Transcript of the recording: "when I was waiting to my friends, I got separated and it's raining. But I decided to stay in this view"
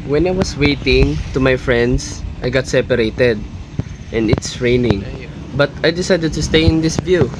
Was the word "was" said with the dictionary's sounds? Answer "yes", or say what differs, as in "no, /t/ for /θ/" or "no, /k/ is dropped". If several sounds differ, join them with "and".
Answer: no, /s/ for /z/